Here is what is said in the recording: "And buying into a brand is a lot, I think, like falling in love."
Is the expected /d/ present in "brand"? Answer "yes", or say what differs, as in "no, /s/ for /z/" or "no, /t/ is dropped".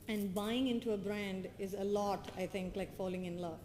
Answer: yes